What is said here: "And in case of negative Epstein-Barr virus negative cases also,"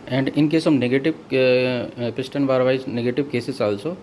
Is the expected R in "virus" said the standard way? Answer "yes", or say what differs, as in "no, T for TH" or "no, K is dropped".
no, R is dropped